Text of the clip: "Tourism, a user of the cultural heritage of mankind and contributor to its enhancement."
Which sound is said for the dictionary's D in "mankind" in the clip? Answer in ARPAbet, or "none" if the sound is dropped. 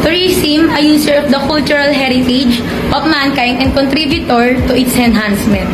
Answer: none